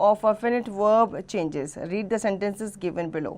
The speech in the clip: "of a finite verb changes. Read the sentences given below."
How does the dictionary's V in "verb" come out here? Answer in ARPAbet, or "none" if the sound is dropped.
V